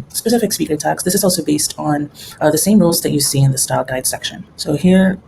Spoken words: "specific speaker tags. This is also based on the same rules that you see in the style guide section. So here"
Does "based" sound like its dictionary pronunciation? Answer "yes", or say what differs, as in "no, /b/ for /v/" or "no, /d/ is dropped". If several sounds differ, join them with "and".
yes